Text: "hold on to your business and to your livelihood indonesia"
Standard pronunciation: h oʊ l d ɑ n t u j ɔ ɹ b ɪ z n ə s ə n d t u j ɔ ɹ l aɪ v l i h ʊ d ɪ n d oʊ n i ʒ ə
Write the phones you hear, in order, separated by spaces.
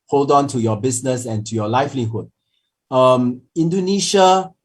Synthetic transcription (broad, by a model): h oʊ l d ɑ n t u j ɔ b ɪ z n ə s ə n t u j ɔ l aɪ f l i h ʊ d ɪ n d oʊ n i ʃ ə